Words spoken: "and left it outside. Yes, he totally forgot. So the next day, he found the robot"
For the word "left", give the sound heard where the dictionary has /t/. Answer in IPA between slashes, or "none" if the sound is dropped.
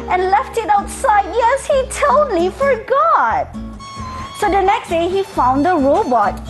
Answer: /t/